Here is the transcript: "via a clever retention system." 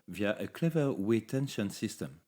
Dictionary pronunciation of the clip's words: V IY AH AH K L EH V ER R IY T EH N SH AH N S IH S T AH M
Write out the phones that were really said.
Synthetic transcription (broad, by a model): V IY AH AH K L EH V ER W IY T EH N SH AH N S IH S T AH M